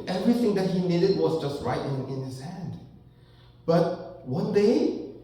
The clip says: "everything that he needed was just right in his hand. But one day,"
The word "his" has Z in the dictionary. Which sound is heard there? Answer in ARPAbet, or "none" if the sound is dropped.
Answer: S